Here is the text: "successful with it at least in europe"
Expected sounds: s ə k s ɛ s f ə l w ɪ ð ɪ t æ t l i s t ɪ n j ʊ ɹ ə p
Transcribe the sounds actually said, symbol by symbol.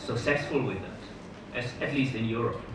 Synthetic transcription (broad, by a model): s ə k s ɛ s f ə l w ɪ ð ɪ t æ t l i s t ɪ n j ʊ ɹ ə p